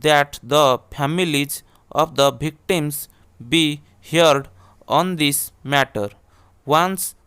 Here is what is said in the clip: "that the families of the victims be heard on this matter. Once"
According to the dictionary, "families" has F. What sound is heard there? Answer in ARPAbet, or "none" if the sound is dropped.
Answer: P